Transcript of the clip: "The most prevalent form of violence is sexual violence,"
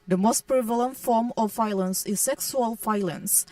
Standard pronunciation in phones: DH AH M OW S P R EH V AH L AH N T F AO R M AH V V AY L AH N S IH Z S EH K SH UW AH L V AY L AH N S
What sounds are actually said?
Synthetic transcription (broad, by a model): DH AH M OW S P R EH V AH L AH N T F AO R M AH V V AY L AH N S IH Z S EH K S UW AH L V AY L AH N S